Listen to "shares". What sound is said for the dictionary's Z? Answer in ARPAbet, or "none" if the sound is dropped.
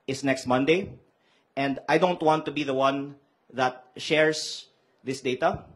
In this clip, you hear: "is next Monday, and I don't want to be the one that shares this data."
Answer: S